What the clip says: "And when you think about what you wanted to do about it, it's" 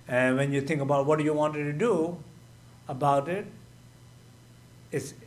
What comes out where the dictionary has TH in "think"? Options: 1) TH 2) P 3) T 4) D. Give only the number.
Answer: 3